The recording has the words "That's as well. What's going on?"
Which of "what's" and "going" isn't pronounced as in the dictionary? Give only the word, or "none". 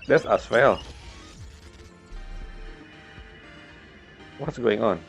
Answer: none